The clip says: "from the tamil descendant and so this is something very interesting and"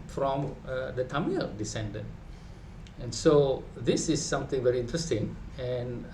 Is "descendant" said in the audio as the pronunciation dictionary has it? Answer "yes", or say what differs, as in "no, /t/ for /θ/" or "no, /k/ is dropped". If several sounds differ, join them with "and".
no, /t/ is dropped